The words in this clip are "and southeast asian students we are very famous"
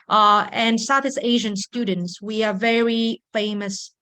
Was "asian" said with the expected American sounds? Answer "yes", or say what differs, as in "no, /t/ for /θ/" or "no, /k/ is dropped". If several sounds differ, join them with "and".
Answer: yes